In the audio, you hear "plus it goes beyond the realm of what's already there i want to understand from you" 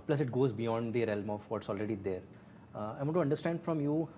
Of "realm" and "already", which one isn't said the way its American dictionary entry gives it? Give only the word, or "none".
none